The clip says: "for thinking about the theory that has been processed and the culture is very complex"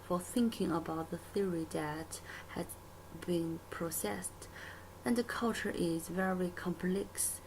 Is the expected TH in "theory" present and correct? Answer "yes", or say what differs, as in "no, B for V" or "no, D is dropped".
yes